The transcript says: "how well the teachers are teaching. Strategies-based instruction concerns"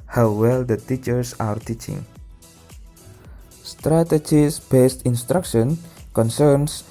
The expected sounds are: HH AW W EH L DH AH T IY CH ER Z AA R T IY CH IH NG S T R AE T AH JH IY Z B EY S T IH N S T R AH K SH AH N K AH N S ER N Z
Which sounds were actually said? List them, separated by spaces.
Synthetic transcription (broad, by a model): HH AW W EH L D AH T IY CH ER S AA R T IY CH IH NG S T R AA T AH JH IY S B EY S T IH N S T R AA K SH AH N K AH N S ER N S